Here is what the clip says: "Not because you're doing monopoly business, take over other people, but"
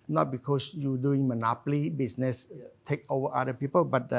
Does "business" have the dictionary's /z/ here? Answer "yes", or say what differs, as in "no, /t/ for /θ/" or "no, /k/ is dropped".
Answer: no, /s/ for /z/